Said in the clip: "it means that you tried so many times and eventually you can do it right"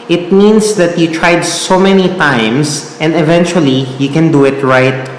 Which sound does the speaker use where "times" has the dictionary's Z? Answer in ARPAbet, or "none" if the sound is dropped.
S